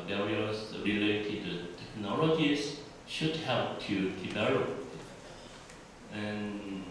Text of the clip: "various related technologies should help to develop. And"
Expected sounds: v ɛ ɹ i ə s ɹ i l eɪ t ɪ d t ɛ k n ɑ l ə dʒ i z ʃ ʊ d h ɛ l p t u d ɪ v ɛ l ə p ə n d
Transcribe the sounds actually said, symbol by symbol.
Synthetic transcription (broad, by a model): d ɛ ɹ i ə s ɹ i l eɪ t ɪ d t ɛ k n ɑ l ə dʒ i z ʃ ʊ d h ɛ l p t u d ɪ b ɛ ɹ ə ə n